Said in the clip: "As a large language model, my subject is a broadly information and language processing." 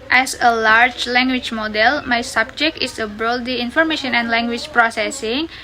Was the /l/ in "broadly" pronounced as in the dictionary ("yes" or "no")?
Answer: no